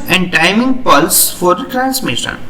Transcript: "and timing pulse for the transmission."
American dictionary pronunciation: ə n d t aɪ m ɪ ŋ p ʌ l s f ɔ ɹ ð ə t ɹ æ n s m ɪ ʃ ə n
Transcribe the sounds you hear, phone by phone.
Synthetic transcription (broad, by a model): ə n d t aɪ m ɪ ŋ p ʌ l s f ɔ ɹ t ɹ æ n s m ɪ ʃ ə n